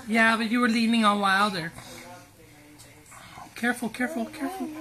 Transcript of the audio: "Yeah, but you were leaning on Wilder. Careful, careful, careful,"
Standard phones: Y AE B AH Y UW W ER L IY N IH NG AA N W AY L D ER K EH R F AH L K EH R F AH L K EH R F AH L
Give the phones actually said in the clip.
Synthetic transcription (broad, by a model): Y AE B AH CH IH W ER L IY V IH NG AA L W AY L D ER K EH R F L K EH R F L K EH R F L